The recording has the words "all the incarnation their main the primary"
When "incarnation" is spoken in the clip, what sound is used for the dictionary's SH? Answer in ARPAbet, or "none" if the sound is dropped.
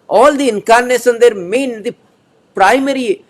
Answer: S